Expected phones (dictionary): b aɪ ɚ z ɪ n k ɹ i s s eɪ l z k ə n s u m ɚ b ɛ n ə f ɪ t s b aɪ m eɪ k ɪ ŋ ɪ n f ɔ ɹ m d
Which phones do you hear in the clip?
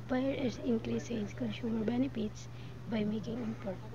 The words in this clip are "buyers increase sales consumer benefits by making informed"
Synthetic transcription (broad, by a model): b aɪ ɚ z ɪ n k ɹ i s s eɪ z k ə n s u m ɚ b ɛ n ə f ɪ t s b aɪ m eɪ k ɪ ŋ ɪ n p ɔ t